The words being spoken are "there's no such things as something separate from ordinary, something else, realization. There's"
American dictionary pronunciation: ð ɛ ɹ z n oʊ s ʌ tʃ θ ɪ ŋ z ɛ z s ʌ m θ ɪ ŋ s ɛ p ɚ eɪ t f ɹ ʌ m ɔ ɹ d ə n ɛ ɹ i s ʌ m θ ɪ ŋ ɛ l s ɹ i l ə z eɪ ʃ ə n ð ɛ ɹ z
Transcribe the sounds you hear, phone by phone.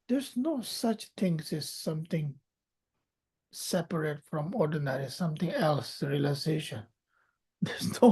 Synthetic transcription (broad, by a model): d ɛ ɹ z n oʊ s ʌ tʃ t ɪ ŋ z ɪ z s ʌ m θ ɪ ŋ s ɛ p ɚ eɪ t f ɹ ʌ m ɔ ɹ d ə n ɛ ɹ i s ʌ m t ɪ ŋ ɛ l s ɹ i l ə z eɪ ʃ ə n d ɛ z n